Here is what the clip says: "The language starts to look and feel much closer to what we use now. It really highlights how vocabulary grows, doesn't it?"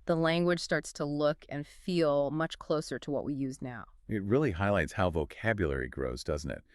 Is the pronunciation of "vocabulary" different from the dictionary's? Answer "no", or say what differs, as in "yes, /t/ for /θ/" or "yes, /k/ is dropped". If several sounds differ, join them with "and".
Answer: no